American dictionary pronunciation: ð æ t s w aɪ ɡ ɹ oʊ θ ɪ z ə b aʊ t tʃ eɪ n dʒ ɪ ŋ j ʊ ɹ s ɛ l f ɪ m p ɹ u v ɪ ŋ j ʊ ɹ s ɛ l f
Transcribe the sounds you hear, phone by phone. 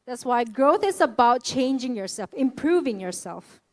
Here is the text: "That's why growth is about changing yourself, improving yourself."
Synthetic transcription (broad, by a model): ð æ t s w aɪ ɡ ɹ oʊ θ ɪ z ə b aʊ t tʃ eɪ n dʒ ɪ ŋ j ʊ ɹ s ɛ l f ɪ m p ɹ u v ɪ ŋ j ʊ ɹ s ɛ l f